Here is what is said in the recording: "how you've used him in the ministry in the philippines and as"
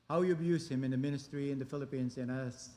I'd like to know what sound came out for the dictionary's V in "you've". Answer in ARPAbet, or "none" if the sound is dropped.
B